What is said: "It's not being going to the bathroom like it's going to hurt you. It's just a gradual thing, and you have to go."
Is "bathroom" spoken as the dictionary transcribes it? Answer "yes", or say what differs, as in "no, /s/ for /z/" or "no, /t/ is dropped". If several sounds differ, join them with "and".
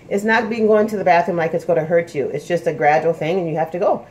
no, /ɹ/ is dropped